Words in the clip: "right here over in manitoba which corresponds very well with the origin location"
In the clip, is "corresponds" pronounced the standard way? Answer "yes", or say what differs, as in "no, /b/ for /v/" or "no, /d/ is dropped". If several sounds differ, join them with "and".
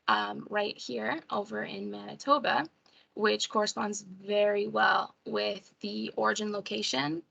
yes